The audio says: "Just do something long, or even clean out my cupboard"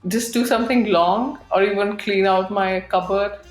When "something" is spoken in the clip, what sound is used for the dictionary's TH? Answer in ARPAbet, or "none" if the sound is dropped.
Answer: T